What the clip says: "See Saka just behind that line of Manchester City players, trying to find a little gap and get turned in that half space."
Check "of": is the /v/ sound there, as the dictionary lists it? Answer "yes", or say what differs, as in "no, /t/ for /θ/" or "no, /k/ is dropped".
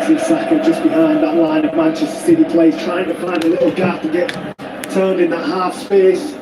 yes